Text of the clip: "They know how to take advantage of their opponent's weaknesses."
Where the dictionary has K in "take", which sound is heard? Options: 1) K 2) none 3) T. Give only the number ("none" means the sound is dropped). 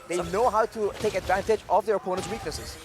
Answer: 1